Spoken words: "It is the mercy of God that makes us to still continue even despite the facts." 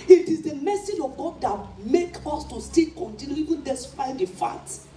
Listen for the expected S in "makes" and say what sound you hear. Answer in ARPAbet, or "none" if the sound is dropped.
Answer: none